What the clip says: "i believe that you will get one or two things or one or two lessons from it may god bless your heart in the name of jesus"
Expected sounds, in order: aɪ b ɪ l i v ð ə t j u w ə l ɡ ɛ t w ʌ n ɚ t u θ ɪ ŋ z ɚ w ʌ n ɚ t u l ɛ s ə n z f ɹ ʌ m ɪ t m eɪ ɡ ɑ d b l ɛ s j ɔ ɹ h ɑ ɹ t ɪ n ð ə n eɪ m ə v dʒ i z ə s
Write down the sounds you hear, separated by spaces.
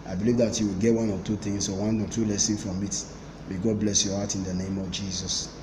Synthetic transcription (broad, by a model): aɪ b ɪ l i v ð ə t j u w ə l ɡ ɛ t w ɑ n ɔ t u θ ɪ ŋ s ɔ w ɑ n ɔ t u l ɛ s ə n f ɹ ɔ m ɪ t m eɪ ɡ ɑ d b l ɛ s j ɔ h ɑ t ɪ n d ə n eɪ m ə v dʒ i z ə s